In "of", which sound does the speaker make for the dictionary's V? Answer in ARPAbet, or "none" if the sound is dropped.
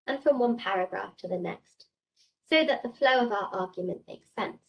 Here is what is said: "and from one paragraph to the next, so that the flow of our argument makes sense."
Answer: V